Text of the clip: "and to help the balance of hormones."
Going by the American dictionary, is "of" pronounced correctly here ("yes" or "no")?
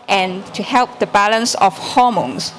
no